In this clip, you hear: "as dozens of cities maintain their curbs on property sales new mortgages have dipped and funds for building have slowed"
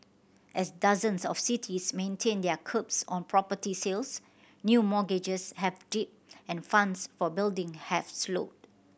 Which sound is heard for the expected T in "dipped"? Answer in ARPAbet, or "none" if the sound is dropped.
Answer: none